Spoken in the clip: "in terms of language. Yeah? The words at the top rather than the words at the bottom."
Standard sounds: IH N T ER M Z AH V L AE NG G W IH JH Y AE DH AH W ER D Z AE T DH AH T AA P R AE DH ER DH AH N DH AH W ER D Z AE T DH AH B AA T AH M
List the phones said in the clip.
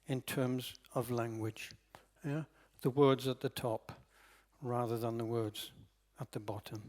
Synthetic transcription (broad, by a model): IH N T ER M Z AH V L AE NG G W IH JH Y DH AH W ER D Z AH T DH AH T AA P R AE DH ER DH AH N DH AH W ER D Z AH T DH AH B AA T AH M